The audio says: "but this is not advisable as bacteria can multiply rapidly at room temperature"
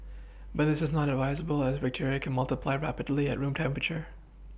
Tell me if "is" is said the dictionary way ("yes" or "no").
yes